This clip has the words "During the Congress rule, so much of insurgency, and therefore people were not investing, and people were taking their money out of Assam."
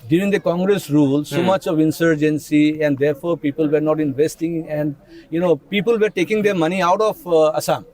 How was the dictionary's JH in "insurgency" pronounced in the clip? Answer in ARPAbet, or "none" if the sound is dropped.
JH